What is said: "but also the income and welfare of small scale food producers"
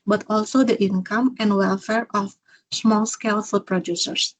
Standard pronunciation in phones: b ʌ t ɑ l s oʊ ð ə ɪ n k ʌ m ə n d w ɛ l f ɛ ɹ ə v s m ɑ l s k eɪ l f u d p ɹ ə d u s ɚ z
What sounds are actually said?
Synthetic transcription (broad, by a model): b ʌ t ɑ l s oʊ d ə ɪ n k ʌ m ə n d w ɛ l f ɛ ɹ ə f s m ɑ l s k eɪ l f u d p ɹ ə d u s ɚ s